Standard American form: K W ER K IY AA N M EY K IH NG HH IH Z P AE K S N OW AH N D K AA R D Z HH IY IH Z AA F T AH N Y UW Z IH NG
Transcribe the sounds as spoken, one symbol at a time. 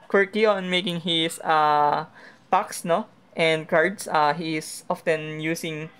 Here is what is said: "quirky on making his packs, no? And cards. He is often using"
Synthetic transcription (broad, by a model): K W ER K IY AA N M EY K IH NG HH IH S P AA K S N OW AH N D K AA R D S HH IY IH S AA F T AH N Y UW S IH NG